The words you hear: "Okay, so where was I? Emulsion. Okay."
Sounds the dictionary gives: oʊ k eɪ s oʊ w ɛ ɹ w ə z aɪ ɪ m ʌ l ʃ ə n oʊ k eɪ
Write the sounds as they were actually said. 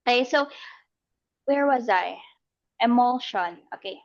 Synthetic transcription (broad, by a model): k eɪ s oʊ w ɛ ɹ w ə z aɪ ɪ m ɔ l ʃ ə n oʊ k eɪ